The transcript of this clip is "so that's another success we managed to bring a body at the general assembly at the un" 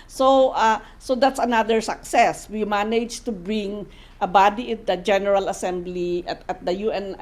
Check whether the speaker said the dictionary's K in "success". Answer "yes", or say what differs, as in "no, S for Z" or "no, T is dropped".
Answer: yes